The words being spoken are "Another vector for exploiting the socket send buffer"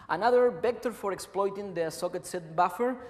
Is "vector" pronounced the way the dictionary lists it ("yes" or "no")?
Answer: no